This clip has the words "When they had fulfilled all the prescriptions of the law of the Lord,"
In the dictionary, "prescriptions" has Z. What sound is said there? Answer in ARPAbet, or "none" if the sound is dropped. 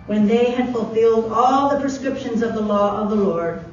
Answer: Z